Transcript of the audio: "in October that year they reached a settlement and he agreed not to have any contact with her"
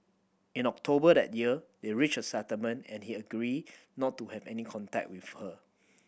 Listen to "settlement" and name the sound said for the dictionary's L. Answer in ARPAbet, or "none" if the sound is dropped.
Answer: none